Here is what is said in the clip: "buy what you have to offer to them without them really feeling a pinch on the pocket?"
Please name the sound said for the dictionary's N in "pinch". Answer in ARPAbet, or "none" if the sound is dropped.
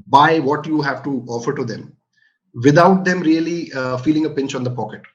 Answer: N